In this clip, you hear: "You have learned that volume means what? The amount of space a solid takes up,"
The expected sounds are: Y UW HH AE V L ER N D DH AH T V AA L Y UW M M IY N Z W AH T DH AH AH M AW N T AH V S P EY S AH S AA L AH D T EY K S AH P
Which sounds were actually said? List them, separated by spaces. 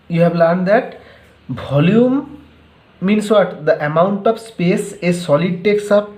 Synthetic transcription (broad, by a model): Y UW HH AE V L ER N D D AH T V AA L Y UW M M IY N S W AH T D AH AH M AW N T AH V S P EY S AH S AA L AH D T EY K S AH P